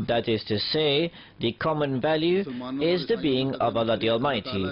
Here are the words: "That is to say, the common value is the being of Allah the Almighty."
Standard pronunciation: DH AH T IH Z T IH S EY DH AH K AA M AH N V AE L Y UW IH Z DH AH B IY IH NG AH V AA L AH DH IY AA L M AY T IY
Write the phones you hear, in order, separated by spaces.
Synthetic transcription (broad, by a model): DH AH T IH Z T IH S EY DH AH K AA M AH N V AE L Y UW IH Z DH AH B IY IH NG AH V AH L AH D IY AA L M AY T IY